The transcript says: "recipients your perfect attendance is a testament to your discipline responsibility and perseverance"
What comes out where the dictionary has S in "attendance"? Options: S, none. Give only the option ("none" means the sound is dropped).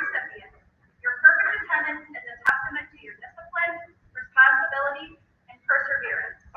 none